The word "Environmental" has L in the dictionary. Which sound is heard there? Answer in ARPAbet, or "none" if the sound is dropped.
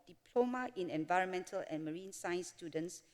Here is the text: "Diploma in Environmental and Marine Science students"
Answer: L